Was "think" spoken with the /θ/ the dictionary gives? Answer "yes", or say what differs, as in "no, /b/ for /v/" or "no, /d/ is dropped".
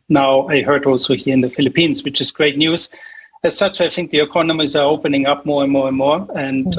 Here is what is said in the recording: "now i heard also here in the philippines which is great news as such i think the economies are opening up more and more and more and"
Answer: yes